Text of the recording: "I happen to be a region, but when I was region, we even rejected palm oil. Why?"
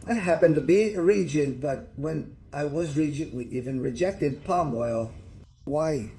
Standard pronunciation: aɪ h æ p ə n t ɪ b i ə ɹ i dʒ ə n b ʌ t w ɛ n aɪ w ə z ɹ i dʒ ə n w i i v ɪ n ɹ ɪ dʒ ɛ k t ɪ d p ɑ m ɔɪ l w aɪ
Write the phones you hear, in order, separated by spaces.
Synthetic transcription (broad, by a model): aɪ h æ p ə n t ɪ b i ə ɹ i dʒ ə n b ʌ t w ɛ n aɪ w ə z ɹ i dʒ ə n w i i v ɪ n ɹ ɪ dʒ ɛ k t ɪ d p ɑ m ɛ l w aɪ